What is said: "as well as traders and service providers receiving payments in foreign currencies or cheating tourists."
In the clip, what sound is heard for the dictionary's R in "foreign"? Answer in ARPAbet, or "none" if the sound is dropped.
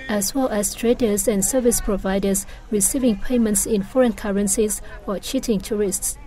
R